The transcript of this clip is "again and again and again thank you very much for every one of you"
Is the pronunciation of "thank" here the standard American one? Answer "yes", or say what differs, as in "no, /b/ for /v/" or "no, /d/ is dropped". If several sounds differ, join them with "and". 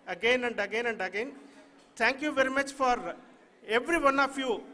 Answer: no, /t/ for /θ/